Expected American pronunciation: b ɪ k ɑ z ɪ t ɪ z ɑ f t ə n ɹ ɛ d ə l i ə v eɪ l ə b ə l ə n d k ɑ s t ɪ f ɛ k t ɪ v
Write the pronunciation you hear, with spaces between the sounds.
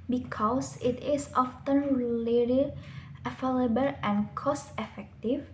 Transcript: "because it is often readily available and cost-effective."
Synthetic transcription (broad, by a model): b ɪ k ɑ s ɪ t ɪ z ɑ f t ə n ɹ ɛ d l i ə f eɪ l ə b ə l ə n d k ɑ s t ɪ f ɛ k t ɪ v